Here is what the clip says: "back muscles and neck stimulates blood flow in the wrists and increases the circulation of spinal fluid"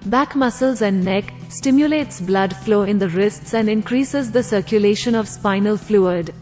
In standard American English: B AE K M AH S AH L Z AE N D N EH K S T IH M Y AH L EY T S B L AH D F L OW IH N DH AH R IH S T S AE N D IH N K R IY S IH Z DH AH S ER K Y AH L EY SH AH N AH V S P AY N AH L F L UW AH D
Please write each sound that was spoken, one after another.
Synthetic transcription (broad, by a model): B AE K M AH S AH L Z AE N D N EH K S T IH M Y AH L EY T S B L AH D F L OW IH N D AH R IH S T S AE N D IH N K R IY S IH Z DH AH S ER K Y AH L EY SH AH N AH V S P AY N AH L F L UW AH D